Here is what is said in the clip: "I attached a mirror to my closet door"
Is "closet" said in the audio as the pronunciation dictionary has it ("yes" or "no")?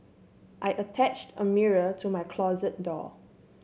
yes